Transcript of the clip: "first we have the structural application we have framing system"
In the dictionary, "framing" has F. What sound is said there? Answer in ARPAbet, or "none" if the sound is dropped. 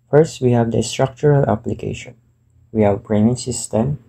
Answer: P